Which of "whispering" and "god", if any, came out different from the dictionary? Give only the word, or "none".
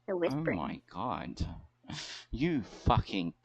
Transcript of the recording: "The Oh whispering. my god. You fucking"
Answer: whispering